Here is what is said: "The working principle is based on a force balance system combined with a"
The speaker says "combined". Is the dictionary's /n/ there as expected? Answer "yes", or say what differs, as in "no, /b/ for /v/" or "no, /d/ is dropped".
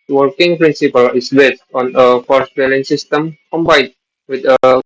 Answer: no, /n/ is dropped